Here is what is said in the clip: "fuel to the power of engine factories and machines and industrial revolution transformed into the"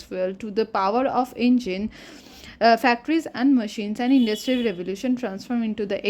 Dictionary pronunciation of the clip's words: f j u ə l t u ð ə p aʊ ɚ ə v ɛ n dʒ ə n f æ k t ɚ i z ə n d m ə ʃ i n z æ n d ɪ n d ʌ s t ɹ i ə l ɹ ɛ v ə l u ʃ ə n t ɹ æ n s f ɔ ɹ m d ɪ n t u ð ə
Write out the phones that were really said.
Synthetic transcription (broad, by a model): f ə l t u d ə p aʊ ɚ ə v ɛ n dʒ ə n f æ k t ɚ i z ə n d m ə ʃ i n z æ n d ɪ n d ʌ s t ɹ i ə l ɹ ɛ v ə l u ʃ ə n t ɹ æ n s f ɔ ɹ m ɪ n t u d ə